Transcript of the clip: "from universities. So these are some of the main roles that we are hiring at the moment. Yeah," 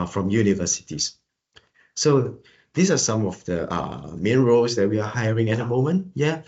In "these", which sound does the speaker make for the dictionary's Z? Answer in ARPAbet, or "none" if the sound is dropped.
S